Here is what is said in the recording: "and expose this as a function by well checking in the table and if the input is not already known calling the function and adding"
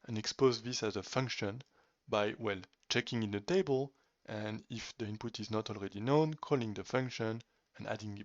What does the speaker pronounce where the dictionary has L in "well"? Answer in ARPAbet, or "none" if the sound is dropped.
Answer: L